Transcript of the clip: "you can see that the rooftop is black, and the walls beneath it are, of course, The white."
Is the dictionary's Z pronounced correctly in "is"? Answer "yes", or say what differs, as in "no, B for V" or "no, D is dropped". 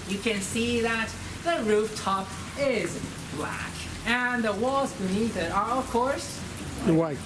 yes